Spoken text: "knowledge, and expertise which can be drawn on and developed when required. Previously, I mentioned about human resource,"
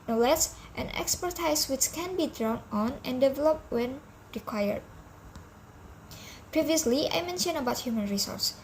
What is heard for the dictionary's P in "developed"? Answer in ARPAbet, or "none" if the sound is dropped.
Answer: P